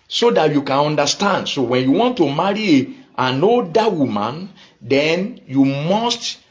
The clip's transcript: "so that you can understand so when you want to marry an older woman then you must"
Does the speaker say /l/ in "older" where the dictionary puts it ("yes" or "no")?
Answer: no